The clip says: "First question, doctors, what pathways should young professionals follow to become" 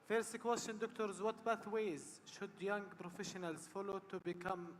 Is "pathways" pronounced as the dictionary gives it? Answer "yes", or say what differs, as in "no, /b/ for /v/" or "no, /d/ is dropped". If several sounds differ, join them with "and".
no, /b/ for /p/